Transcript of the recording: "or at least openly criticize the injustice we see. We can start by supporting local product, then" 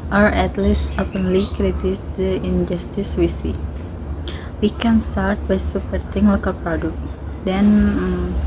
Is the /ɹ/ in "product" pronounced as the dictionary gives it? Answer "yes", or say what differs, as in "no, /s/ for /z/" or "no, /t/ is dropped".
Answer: yes